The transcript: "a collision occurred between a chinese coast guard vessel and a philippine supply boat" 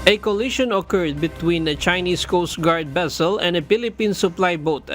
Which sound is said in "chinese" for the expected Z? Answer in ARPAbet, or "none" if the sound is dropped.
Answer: S